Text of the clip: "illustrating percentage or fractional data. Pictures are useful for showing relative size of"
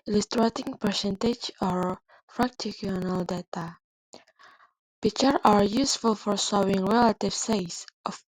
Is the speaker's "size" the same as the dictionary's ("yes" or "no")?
no